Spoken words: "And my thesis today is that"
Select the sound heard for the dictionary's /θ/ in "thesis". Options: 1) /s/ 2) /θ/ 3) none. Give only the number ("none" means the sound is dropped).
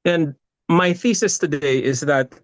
2